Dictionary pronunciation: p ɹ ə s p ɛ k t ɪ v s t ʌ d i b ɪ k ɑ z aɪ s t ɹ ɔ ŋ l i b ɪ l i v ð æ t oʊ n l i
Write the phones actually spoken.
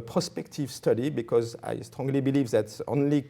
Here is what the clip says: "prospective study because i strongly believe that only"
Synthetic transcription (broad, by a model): p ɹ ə s p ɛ k t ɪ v s t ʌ d i b ɪ k ɑ z aɪ s t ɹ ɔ ŋ l i b ɪ l i v ð æ t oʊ n l i